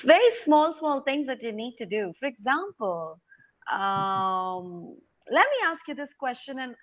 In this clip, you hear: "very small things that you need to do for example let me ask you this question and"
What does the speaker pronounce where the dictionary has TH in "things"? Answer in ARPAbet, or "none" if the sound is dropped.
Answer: T